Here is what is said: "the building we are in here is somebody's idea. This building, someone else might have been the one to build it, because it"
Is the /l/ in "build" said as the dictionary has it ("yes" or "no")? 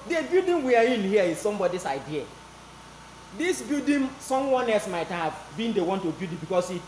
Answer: no